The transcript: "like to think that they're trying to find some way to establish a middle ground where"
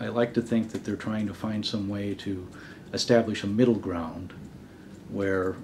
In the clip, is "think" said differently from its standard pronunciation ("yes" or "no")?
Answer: no